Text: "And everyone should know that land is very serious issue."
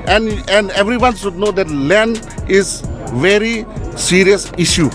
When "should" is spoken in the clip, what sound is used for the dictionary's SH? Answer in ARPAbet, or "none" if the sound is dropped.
S